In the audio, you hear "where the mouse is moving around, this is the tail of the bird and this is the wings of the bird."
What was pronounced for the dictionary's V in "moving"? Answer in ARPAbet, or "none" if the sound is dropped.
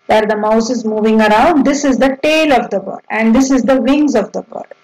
V